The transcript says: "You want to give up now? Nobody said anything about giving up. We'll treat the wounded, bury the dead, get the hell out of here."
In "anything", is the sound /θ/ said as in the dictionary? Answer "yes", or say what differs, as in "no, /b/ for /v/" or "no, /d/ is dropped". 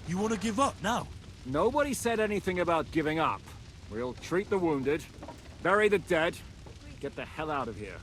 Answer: yes